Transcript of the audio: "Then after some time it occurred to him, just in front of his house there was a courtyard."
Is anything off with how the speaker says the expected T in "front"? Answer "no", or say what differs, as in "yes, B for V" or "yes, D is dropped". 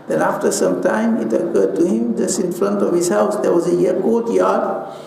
no